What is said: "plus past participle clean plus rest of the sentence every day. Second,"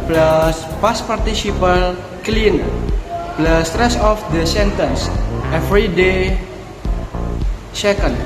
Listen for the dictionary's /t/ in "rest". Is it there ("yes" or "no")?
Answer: no